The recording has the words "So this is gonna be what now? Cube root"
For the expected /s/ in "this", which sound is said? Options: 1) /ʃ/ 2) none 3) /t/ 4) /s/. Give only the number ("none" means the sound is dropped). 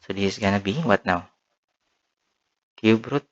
2